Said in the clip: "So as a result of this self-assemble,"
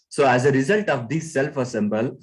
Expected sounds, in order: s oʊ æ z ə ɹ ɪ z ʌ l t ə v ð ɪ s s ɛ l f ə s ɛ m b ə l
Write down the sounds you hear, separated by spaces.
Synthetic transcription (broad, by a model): s oʊ æ z ə ɹ ɪ z ʌ l t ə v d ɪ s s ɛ l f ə s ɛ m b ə l